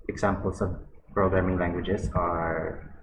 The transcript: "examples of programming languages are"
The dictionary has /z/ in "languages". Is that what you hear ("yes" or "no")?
no